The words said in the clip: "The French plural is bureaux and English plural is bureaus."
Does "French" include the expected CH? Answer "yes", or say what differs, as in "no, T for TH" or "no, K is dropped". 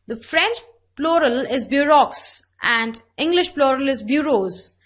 yes